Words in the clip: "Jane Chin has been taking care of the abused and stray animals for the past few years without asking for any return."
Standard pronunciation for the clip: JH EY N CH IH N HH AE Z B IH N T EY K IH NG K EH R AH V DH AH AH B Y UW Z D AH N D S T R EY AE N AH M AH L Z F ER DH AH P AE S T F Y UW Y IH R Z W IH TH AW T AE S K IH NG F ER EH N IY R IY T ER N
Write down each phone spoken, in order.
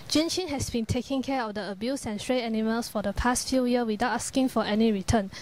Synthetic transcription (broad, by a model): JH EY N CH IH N HH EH S B IH N T EY K IH NG K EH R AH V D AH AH B Y UW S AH N S T R EY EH N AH M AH L S F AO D AH P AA S T F Y UW Y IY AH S W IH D AW T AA S K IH NG F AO EH N IY R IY T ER N